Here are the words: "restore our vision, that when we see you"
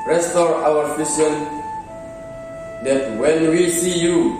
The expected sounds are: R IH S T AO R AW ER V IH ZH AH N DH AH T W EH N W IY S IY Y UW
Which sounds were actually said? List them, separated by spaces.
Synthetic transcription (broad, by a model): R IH S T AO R AW ER F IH S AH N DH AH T W EH N W IY S IY Y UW